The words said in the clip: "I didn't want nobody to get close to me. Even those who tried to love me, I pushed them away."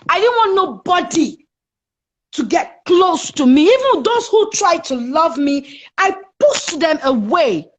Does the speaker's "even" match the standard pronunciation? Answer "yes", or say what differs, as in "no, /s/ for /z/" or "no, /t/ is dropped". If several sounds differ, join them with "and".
yes